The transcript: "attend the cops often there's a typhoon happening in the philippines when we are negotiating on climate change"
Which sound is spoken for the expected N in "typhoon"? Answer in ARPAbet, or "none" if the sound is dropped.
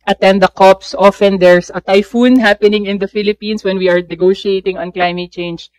N